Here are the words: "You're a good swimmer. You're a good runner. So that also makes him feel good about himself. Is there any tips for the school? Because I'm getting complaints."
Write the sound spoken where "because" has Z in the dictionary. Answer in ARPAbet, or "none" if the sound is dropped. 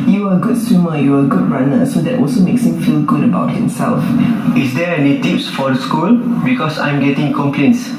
S